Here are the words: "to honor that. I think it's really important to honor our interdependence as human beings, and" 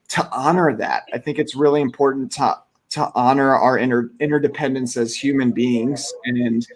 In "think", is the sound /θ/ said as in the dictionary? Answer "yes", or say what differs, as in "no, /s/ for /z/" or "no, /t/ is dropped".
yes